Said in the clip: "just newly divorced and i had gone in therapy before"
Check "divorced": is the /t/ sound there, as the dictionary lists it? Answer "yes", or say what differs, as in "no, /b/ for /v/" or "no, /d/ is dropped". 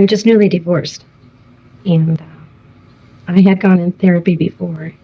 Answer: yes